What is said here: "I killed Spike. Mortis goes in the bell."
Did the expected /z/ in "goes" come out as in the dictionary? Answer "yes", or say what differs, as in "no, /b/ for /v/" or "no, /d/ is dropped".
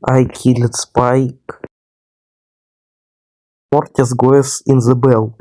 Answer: no, /s/ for /z/